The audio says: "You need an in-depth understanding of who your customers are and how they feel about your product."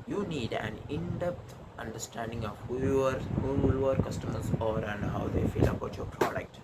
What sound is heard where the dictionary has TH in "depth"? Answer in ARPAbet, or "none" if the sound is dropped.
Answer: T